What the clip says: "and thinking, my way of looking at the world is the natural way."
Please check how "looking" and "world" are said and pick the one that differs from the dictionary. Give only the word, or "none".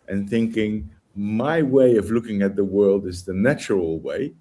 none